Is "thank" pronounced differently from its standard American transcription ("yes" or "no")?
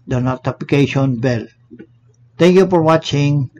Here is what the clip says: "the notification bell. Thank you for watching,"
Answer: yes